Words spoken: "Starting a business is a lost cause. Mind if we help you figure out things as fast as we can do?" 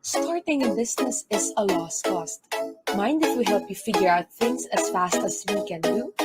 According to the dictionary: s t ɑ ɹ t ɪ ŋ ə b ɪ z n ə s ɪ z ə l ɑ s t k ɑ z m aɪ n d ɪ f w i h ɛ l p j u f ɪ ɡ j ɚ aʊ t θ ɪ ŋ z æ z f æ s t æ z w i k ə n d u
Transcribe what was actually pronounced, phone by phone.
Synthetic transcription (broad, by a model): s t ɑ ɹ t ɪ ŋ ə b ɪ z n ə s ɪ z ə l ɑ s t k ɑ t m aɪ n d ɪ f w i h ɛ l p j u f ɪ ɡ j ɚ aʊ t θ ɪ ŋ s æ s f æ s t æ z w i k ə n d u